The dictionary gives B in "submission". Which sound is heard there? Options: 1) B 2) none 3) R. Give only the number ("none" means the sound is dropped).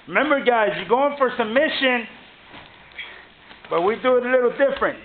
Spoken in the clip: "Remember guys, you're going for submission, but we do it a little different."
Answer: 2